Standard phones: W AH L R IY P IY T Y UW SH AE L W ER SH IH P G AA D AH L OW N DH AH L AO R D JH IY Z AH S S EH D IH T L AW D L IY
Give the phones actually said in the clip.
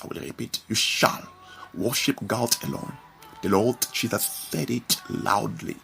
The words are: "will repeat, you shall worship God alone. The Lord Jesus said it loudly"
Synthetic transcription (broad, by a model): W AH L R IY P IY T Y UW SH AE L W ER SH IH P G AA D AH L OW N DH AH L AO L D CH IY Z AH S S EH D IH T L AW D L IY